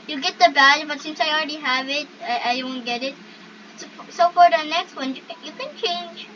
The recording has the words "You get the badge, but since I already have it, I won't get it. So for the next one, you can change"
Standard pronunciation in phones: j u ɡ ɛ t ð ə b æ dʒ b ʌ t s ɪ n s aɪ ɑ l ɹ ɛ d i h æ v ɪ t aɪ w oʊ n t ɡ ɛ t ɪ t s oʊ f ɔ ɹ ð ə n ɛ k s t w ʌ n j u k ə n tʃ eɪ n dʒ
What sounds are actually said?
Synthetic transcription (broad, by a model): j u ɡ ɛ t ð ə b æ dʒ b ʌ t s ɪ n s aɪ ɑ l ɹ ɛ d i h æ v ɪ t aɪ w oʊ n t ɡ ɛ t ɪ t s oʊ f ɔ ɹ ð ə n ɛ k s t w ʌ n j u k ə n tʃ eɪ n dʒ